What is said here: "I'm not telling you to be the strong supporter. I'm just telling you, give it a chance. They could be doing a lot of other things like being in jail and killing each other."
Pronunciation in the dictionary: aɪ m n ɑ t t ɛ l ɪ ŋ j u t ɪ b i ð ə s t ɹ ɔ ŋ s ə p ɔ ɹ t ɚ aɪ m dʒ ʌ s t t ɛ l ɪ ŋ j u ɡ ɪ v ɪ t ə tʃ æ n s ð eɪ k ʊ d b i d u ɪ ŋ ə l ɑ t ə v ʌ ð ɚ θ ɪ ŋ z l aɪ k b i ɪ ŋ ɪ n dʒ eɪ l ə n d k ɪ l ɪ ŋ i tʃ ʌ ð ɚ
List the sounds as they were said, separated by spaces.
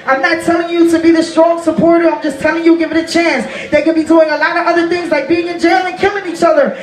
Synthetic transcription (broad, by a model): aɪ m n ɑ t t ɛ l ɪ ŋ j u t ɪ b i ð ə s t ɹ ɔ ŋ s ə p ɔ ɹ t ɚ aɪ m dʒ ʌ s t t ɛ l ɪ ŋ j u ɡ ɪ v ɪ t ə tʃ æ n s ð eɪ k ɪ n b i d u ɪ ŋ ə l ɑ t ə v ʌ ð ɚ θ ɪ ŋ z l aɪ k b i ɪ ŋ ɪ n dʒ eɪ l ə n k ɪ l ɪ ŋ i tʃ ʌ ð ɚ